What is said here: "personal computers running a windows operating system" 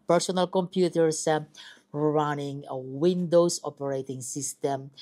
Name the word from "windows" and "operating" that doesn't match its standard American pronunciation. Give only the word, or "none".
windows